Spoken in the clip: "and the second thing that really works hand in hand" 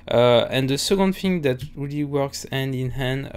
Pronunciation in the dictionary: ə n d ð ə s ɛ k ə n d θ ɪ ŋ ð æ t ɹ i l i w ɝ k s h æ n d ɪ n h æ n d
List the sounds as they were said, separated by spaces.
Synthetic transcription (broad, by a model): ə n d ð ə s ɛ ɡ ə n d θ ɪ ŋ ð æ t ɹ i l i w ɝ k s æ n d ɪ n h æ n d